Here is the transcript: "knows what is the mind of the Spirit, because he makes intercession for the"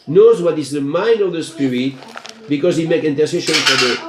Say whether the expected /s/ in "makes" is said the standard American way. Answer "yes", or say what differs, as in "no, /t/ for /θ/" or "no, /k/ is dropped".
no, /s/ is dropped